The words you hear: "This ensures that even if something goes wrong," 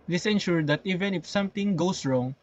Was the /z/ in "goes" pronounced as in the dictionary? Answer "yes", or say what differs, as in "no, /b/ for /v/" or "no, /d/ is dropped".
no, /s/ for /z/